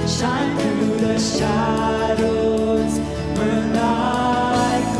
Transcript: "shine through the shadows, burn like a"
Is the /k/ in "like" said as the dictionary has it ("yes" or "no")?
no